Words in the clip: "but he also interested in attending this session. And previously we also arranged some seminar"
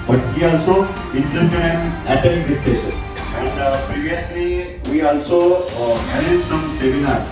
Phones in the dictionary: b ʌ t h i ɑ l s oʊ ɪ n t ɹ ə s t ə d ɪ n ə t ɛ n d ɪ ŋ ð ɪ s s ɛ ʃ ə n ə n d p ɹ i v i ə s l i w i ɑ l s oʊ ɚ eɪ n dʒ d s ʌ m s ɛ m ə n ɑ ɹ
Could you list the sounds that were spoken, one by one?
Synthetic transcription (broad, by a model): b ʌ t h i ɑ l s oʊ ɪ n t ɹ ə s t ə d ɪ n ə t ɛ d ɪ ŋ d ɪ s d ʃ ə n ə n d p ɹ i v i ə s l i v i ɑ l s oʊ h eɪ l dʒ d s ʌ m s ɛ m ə n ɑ ɹ